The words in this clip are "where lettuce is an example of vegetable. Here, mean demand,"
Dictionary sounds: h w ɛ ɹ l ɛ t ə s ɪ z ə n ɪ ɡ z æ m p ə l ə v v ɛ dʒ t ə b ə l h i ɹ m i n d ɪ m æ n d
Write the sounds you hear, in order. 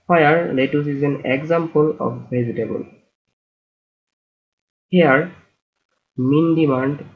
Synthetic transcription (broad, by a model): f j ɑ ɹ l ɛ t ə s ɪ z ə n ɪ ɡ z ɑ m p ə l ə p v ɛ z t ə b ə l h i ɹ m i n d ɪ m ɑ n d